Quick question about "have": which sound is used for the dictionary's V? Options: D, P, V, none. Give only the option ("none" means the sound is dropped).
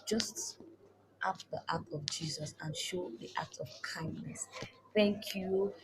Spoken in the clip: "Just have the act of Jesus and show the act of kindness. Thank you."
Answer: P